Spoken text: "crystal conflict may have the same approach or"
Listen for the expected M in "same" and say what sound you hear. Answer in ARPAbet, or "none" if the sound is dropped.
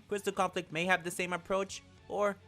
M